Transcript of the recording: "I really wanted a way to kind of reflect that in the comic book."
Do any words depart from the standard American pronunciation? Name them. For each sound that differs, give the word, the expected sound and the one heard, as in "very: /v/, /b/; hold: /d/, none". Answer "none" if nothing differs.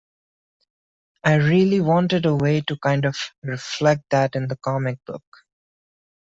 none